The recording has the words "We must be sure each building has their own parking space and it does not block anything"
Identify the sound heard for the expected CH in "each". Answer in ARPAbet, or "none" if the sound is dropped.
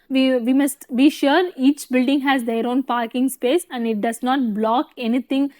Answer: CH